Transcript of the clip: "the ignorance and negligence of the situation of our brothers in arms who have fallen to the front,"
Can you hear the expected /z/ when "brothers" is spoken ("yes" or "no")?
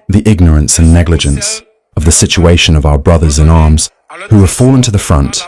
yes